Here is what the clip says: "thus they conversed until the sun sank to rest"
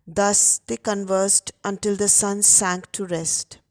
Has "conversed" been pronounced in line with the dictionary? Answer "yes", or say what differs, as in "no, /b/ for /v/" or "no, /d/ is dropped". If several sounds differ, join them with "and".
yes